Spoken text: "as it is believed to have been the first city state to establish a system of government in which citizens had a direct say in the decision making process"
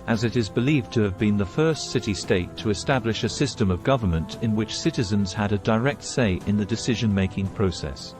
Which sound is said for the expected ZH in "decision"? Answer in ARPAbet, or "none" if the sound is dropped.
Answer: ZH